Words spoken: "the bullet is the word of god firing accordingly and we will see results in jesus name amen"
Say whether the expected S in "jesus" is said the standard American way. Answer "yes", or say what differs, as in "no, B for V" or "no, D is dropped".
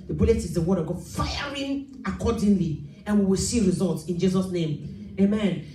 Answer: yes